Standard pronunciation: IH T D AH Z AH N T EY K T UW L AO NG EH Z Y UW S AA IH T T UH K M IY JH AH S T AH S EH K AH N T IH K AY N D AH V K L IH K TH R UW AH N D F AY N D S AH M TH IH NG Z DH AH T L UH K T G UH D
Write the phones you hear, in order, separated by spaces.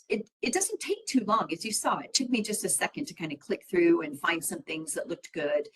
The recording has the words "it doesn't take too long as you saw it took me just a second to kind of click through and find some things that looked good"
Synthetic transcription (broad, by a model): IH T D AH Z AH N T EY K T UW L AO NG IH Z Y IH S AA IH T T UH K M IY JH AH S T AH S EH K AH N T IH K AY N D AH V K L IH K TH R UW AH N F AY N D S AH M TH IH NG Z DH AH T L UH K T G UH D